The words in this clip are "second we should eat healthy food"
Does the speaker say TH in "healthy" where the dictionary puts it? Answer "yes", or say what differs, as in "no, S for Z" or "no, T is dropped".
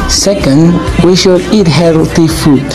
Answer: no, T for TH